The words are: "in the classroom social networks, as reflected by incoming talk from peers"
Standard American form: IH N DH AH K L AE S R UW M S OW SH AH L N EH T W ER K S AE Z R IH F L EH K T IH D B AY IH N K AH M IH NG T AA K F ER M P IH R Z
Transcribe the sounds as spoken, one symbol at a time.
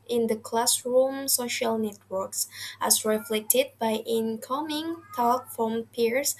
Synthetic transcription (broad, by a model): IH N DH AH K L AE S R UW M S OW SH AH L N EH T W ER K S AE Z R IH F L EH K T IH D B AY IH N K AH M IH NG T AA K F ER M P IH R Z